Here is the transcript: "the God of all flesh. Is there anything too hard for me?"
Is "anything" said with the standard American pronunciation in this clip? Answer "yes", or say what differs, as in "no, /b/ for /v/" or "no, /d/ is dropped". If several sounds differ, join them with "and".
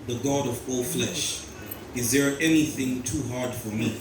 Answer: yes